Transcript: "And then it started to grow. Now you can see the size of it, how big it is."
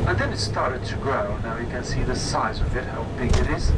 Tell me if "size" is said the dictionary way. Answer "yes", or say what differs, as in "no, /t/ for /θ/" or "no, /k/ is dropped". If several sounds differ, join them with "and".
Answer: yes